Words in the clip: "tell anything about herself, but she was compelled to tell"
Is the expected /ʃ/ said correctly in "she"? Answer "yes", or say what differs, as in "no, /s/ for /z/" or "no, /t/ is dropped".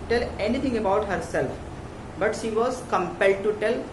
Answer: yes